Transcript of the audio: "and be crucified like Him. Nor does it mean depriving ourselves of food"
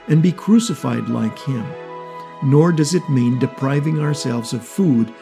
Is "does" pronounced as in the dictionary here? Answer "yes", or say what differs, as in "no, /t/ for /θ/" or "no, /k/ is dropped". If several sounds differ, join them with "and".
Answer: yes